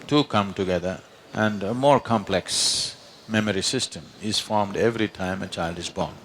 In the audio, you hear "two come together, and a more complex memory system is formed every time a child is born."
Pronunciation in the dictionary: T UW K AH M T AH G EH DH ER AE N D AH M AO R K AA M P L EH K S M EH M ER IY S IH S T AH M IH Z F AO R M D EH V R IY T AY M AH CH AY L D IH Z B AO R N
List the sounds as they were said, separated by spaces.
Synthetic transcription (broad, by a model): T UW K AH M T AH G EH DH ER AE N D AH M AO R K AA M P L EH K S M EH M ER IY S IH S T AH M IH Z F AO R M D EH V R IY T AY M AH CH AY L D IH Z B AO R N